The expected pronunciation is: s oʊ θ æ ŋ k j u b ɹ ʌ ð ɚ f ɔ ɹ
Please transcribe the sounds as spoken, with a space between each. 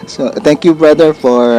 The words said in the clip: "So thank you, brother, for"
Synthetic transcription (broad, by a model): s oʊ t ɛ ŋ k j u b ɹ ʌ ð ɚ f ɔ ɹ